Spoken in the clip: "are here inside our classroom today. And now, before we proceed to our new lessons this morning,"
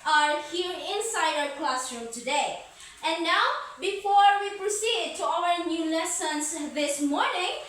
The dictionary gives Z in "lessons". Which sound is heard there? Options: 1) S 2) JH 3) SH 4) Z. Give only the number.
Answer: 1